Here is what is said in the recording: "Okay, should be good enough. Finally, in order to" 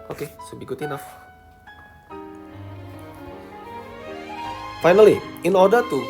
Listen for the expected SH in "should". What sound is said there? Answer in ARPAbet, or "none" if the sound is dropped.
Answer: S